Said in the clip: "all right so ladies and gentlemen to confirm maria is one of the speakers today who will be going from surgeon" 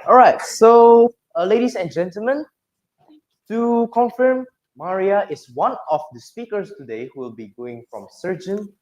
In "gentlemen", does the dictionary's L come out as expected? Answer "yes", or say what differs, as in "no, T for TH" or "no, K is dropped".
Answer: yes